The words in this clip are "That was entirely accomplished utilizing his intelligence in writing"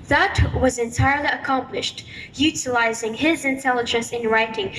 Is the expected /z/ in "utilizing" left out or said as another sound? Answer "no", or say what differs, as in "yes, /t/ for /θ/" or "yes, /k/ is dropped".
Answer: no